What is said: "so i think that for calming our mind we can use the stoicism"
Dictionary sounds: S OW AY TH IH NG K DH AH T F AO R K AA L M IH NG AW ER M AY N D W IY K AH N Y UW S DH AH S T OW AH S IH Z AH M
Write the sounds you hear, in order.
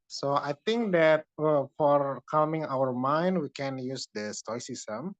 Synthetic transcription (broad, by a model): S OW AY T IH NG K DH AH T F AO R K AA L M IH NG AW ER M AY N D W IY K AH N Y UW S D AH S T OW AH S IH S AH M